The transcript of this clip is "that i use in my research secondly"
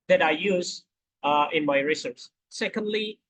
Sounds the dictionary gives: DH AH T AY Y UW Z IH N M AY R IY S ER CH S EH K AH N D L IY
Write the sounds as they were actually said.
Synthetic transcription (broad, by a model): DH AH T AY Y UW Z IH N M AY R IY S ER S S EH K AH N D L IY